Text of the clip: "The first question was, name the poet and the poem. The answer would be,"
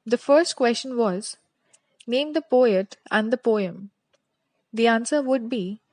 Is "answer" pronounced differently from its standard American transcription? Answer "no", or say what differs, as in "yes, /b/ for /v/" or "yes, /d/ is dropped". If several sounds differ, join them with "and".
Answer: no